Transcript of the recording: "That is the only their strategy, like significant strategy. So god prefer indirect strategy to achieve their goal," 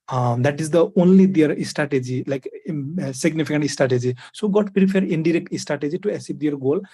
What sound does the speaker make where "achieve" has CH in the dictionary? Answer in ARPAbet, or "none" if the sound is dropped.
S